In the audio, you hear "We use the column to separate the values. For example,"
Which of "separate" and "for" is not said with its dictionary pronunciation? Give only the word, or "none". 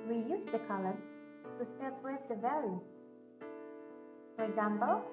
separate